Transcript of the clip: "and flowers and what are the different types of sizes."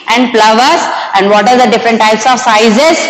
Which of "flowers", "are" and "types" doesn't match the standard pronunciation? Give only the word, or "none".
flowers